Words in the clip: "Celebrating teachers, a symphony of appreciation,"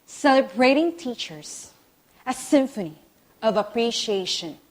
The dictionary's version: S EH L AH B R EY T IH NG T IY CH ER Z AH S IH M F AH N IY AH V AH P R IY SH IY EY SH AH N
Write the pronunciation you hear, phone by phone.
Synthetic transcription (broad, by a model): S EH L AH B R EY T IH NG T IY CH ER Z AH S IH M F AH N IY AH V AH P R IY SH IY EY SH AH N